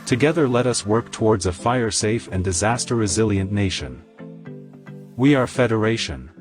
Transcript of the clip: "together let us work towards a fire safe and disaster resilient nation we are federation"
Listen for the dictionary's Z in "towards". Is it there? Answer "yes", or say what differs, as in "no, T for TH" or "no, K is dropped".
yes